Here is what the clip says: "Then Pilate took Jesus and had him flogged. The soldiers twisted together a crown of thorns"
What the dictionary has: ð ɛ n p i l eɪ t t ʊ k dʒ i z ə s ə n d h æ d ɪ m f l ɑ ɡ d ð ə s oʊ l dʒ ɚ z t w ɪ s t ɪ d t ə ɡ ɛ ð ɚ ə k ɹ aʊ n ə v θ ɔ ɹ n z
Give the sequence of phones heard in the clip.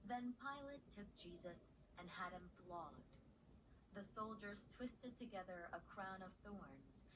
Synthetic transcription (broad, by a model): ð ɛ n p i l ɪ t t ʊ k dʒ i z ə s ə n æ d ɪ m f l ɑ ɡ d ð ə s oʊ l dʒ ɚ z t w ɪ s t ɪ d t ə ɡ ɛ ð ɚ ə k ɹ aʊ n ə v θ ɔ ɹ n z